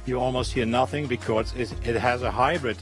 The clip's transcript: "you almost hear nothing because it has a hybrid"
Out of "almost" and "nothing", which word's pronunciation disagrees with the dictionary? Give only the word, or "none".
none